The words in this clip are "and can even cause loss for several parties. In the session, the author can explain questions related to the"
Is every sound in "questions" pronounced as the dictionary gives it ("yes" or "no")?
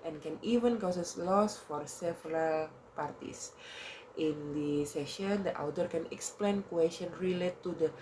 no